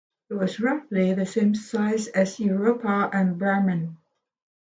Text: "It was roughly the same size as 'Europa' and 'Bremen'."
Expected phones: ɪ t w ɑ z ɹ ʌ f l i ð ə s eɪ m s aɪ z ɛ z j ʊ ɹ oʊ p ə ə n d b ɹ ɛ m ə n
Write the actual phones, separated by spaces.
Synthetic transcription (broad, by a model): ɪ t w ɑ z ɹ ʌ f l i ð ə s eɪ m s aɪ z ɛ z j ʊ ɹ oʊ p ə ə n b ɛ m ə n